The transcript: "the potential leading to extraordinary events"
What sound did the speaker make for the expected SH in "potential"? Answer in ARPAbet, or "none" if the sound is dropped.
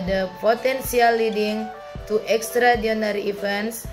S